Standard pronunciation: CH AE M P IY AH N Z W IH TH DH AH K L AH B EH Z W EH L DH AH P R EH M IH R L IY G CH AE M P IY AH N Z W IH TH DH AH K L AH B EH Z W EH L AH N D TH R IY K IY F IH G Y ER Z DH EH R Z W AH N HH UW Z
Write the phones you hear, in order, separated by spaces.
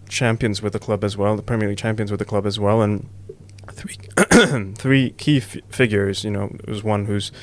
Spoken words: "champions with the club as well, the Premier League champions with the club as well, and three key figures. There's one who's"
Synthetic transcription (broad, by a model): CH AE M P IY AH N Z W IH DH AH K L AH B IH Z W EH L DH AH P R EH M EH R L IY CH AE M P IY AH N Z W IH DH AH K L AH B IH Z W EH L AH N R TH R IY K IY F IH G Y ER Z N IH W Z W AH N HH UW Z